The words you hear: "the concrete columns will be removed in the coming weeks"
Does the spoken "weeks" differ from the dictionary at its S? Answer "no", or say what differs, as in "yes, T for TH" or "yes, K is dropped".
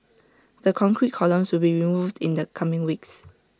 no